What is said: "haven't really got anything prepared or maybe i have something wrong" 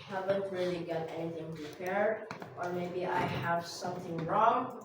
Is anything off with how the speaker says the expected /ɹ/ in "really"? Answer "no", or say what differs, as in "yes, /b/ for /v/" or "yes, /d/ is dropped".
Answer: no